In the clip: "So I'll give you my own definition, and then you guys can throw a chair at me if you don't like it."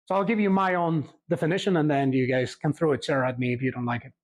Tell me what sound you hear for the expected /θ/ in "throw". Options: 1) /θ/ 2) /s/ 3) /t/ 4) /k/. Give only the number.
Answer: 1